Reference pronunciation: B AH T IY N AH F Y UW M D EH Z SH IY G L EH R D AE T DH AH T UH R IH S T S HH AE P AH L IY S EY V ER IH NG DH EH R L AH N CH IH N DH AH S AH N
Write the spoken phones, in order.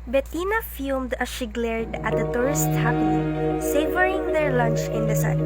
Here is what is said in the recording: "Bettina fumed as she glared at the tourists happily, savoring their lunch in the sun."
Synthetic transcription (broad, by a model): B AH T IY N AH F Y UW M D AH SH IY G L EH R D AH T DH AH T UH R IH S T HH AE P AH N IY S EY V ER IH NG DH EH R L AH N CH IH N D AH S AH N